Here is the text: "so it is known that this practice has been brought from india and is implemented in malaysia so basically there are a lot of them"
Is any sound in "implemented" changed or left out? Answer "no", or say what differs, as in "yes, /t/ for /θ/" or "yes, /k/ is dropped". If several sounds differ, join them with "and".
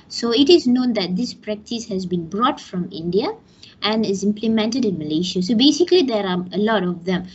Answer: no